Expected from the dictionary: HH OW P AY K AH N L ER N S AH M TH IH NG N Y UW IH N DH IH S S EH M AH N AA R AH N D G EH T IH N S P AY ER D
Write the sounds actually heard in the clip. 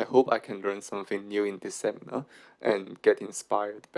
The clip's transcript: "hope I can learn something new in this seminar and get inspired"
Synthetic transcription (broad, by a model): HH OW P AY K AH N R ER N S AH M F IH NG N Y UW IH N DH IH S S EH M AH N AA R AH N G EH T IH N S P AY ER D